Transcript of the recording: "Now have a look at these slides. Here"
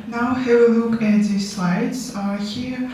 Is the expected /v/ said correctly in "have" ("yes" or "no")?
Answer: no